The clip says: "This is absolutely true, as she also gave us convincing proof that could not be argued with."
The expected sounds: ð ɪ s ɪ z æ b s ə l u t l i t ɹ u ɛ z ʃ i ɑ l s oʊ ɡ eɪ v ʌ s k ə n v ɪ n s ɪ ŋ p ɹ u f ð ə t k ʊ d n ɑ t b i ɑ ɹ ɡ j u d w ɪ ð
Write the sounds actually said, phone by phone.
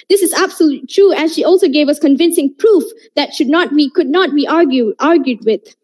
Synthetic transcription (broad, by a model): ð ɪ s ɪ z æ b s ə l u t l i t ɹ u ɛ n ʃ i ɑ l s oʊ ɡ eɪ v ʌ s k ə n v ɪ n s ɪ ŋ p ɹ u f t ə t k ʊ d n ɑ t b i ɑ ɹ ɡ j u d w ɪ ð